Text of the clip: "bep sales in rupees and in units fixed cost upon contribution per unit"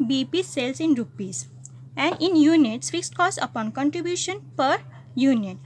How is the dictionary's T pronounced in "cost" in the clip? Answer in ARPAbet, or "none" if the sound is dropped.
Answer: none